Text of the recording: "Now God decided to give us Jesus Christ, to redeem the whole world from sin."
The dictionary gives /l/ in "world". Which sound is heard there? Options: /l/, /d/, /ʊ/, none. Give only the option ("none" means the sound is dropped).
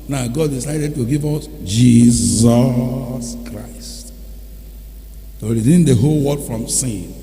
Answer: none